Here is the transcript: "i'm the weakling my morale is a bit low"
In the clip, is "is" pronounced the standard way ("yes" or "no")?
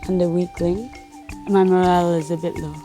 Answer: yes